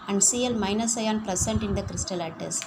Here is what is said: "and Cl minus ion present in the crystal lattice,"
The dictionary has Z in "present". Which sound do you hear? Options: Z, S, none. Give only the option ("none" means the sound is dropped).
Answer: S